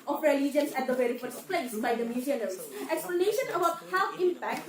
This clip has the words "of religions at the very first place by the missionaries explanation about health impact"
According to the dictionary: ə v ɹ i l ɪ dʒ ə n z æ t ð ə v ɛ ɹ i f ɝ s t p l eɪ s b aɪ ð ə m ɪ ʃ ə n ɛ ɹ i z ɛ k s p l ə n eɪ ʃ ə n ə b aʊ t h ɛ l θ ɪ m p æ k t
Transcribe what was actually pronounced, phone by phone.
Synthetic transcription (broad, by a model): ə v ɹ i l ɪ dʒ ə n s æ t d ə v ɛ ɹ i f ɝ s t p l eɪ s b aɪ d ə m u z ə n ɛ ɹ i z ɛ k s p l ə n eɪ ʃ ə n ə b aʊ t h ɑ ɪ m p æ k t